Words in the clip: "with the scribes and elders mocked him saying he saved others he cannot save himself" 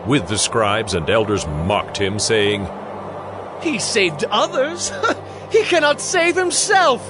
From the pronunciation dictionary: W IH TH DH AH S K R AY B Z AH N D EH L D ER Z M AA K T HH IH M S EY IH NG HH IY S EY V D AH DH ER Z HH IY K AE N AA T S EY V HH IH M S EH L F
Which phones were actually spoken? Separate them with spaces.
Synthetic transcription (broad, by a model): W IH DH AH S K R AY B Z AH N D EH L D ER Z M AA K T HH IH M S EY IH NG HH IY S EY V D AH DH ER Z HH IY K AE N AA T S EY V HH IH M S EH L F